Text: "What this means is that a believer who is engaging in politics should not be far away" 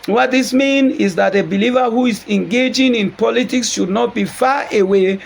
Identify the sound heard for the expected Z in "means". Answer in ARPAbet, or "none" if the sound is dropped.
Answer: none